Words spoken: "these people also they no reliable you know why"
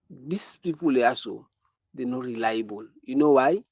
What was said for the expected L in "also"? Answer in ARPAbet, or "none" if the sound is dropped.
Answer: none